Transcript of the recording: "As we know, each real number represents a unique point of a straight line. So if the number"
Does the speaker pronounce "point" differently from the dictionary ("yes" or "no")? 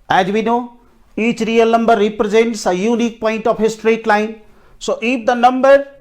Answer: no